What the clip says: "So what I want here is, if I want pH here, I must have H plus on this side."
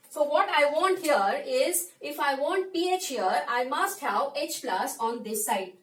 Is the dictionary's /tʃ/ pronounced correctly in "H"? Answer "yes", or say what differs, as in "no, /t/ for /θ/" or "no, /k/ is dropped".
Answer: yes